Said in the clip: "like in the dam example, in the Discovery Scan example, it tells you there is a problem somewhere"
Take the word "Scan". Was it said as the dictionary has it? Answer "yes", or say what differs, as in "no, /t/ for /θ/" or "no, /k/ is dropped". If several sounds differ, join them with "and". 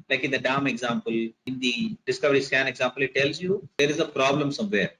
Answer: yes